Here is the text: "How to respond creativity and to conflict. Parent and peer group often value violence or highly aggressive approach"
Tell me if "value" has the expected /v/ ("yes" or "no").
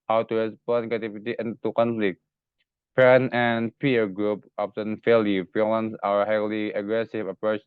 no